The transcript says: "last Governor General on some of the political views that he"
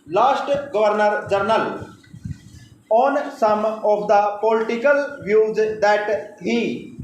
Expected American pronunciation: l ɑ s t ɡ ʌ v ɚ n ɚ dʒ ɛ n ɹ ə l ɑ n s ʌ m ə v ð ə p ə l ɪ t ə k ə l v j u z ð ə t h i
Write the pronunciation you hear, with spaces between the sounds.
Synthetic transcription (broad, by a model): l ɑ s t ɡ ʌ v ɚ n ɚ dʒ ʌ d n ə l ɑ n s ʌ m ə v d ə p ə l ɪ t ə k ə l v j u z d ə t h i